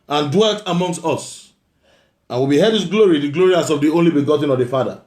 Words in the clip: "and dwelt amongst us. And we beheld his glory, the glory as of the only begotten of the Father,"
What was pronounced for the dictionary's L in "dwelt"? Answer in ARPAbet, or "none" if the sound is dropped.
L